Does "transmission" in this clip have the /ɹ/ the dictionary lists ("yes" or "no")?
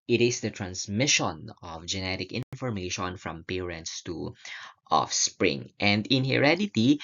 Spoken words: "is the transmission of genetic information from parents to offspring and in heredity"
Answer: yes